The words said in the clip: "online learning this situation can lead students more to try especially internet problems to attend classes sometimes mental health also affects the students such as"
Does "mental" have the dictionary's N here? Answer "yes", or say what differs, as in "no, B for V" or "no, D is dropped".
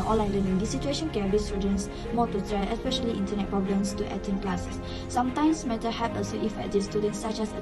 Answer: no, N is dropped